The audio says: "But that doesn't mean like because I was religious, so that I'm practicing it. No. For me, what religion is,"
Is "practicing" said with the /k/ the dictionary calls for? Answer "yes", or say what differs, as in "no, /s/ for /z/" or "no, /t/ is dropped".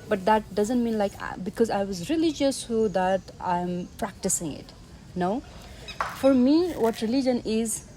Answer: yes